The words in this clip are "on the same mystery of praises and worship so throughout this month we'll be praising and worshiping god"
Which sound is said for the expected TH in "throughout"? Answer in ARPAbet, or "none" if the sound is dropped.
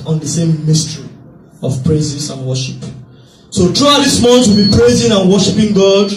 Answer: T